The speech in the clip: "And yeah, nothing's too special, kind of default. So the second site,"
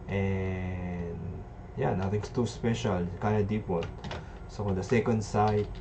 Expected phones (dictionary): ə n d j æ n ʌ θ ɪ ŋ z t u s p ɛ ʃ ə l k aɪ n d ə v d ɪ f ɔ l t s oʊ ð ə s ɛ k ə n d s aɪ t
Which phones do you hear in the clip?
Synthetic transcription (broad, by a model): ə n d j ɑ n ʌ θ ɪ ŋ s t u s p ɛ ʃ ə l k aɪ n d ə d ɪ p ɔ t s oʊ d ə s ɛ k ə n d s aɪ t